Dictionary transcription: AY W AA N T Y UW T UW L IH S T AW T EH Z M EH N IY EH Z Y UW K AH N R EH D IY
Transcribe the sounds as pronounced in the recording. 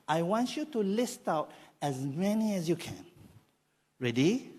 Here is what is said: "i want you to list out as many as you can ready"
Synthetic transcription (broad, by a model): AY W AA N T Y UW T UW L IH S T AW T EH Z M EH N IY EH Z Y UW K AH N R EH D IY